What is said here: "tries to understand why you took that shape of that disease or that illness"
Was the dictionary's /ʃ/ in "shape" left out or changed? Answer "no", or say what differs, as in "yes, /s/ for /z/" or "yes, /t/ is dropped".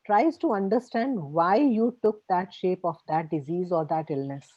no